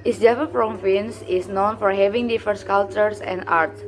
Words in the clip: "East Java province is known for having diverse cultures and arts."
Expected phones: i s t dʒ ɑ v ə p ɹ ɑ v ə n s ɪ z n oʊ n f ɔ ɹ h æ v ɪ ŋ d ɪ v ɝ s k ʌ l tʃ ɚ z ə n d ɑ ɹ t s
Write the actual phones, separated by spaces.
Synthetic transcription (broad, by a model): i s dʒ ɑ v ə f ɹ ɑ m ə n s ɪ s n oʊ n f ɔ ɹ h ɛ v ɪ ŋ d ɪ f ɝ s k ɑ l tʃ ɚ s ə n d ɑ ɹ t s